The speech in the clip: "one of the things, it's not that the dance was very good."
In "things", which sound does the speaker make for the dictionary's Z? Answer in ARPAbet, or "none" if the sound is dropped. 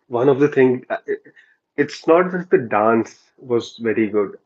none